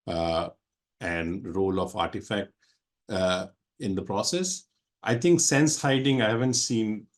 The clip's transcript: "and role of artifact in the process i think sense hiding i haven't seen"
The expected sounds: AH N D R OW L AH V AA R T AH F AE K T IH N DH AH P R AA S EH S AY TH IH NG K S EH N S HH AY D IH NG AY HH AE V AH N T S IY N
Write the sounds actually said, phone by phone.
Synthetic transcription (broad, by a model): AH N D R OW L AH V AA R T AH F AE K T IH N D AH P R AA S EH S AY T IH NG K S EH N S HH AY D IH NG AY HH AE V AH N T S IY N